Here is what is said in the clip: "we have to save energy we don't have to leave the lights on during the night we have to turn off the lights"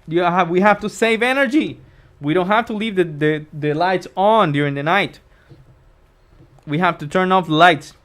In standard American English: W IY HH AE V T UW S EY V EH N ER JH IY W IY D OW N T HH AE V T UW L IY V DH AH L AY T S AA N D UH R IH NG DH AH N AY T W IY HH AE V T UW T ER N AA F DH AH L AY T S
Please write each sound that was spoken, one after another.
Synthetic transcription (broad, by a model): W IY HH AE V T UW S EY V EH N ER JH IY W IY D OW N T HH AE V T UW L IY V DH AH L AY T S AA N D UH R IH NG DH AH N AY T W IY HH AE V T UW T ER N AA F L AY T S